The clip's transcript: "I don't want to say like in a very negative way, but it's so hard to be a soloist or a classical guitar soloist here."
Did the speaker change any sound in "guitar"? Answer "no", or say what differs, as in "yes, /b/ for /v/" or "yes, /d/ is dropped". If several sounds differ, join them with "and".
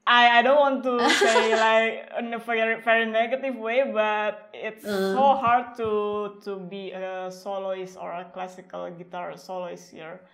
no